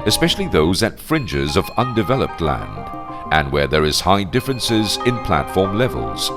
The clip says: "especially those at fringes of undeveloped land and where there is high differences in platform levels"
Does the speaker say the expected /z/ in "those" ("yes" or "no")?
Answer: yes